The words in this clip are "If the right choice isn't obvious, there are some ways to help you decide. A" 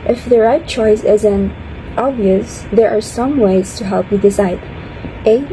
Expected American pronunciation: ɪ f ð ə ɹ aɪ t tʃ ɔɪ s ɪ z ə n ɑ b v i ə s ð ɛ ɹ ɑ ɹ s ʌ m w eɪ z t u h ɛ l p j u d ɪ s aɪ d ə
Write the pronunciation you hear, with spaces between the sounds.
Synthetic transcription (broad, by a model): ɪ f ð ə ɹ aɪ t tʃ ɔɪ s ɪ z ə n ɑ b v i ə s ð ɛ ɹ ɑ ɹ s ʌ m w eɪ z t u h ɛ l p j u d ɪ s aɪ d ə